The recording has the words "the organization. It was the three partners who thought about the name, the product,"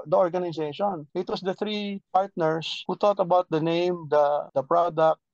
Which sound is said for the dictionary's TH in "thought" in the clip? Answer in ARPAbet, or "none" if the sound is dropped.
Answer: T